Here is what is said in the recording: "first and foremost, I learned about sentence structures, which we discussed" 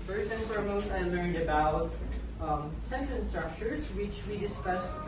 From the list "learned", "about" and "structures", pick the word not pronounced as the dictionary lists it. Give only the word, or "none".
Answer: none